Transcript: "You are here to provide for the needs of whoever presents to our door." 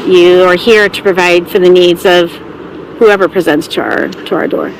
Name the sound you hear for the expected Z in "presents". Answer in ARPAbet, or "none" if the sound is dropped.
Z